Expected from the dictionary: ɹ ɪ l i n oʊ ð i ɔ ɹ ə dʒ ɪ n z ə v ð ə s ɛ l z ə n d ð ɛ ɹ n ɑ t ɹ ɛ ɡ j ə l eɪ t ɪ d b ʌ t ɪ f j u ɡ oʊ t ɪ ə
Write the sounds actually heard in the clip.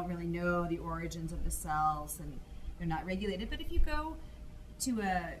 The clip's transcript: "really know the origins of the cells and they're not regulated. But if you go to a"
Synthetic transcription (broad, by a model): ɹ ɪ l i n oʊ ð i ɔ ɹ ə dʒ ɪ n z ə v ð ə s ɛ l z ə n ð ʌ ɹ n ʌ t ɹ ɛ ɡ j ə l eɪ t ɪ d b ʌ t ɪ f j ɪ ɡ oʊ t ɪ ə